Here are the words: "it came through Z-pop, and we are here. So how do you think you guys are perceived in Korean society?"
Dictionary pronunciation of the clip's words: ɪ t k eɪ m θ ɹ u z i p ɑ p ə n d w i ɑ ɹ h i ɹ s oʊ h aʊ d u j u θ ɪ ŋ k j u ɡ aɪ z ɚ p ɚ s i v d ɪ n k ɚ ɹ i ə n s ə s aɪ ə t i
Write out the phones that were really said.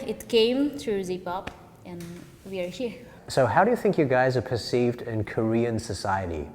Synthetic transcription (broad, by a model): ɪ t k eɪ m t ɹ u z i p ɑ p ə n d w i ɑ ɹ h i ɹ s oʊ h aʊ d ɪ j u θ ɪ ŋ k j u ɡ aɪ z ɚ p ɚ s i v d ɪ n k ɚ ɹ i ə n s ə s aɪ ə t i